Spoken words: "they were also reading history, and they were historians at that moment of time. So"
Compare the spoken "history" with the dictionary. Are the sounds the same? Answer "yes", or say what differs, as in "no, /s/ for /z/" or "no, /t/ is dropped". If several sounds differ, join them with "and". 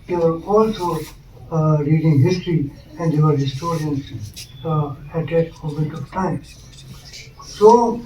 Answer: yes